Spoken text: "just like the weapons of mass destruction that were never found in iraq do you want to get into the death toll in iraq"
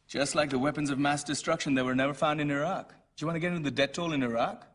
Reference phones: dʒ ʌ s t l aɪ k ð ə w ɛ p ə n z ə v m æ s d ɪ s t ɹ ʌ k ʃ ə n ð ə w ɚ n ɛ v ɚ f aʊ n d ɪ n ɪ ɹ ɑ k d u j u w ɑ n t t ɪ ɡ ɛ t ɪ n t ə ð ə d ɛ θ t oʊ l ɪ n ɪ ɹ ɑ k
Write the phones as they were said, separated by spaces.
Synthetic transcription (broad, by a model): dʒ ʌ s t l aɪ k ð ə w ɛ p ə n z ə v m æ s d ɪ s t ɹ ʌ k ʃ ə n ð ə w ɚ n ɛ v ɚ f aʊ n d ɪ n ɪ ɹ ɑ k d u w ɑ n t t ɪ ɡ ɛ t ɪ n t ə ð ə d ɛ t oʊ l ɪ n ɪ ɹ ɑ k